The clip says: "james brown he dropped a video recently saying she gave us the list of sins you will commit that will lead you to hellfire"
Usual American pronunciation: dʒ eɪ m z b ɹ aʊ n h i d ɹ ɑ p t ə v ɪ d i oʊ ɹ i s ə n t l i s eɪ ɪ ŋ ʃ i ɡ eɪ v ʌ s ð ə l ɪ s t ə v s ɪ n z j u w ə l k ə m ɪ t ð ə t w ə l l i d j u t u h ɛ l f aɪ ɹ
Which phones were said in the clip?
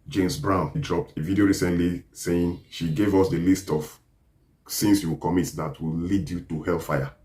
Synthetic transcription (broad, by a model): dʒ eɪ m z b ɹ aʊ n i d ɹ ɑ p t ə v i d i oʊ ɹ i s ə n t l i s eɪ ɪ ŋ ʃ i ɡ eɪ v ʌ s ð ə l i s t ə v s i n s j u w k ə m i t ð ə t w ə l l i d j u t u h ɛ l f aɪ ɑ